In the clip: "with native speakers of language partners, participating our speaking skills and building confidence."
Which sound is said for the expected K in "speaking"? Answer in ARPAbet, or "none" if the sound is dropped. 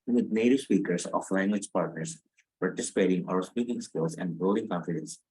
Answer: K